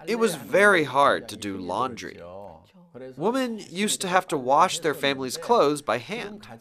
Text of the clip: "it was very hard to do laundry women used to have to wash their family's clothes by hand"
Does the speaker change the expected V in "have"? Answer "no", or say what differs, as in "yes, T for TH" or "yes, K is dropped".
yes, F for V